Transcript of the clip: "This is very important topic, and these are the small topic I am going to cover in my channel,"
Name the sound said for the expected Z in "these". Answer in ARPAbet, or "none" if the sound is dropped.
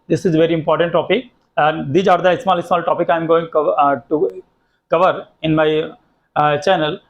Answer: none